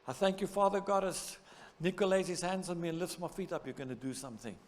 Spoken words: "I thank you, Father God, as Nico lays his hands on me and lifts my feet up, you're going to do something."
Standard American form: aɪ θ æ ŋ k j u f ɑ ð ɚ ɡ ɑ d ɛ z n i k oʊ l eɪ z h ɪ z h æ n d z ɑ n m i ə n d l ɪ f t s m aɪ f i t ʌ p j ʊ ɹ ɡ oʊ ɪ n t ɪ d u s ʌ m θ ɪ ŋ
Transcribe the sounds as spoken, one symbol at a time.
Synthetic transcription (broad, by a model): aɪ θ æ ŋ k j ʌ f ɑ ð ɚ ɡ ɑ d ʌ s n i k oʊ l eɪ z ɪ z h æ n d z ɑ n m i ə n l ɪ f t s m aɪ f i t ʌ p j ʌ ɹ ɡ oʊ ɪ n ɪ d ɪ s ʌ m θ ɪ ŋ